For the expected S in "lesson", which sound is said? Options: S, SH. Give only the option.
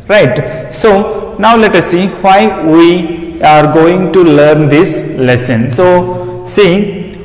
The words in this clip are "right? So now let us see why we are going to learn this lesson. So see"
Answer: S